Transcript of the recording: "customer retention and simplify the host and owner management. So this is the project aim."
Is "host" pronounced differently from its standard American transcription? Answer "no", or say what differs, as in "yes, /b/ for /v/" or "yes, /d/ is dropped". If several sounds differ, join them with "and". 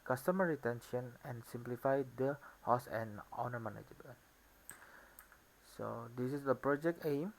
yes, /t/ is dropped